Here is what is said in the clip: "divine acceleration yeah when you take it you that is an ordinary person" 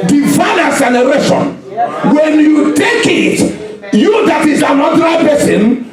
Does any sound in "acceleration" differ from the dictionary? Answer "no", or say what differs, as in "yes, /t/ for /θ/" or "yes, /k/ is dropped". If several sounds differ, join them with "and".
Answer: yes, /k/ is dropped and /n/ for /l/